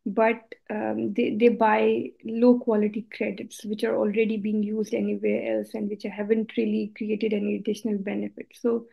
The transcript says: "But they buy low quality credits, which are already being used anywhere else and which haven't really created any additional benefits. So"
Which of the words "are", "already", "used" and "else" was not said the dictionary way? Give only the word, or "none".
none